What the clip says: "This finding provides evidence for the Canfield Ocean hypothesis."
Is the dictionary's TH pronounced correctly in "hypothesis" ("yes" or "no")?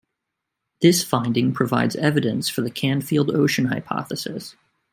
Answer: yes